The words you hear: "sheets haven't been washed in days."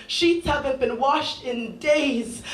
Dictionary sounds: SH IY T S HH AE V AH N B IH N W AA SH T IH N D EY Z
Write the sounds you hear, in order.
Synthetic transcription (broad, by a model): SH IY T S HH AE V AH N B IH N W AA SH T IH N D EY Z